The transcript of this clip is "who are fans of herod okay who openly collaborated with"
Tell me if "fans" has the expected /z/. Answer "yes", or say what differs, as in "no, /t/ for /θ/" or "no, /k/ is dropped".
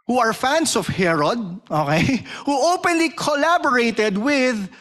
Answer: no, /s/ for /z/